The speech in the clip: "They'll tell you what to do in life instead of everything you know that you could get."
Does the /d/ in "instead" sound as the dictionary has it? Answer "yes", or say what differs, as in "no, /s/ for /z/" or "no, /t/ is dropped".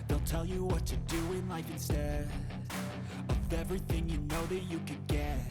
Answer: no, /d/ is dropped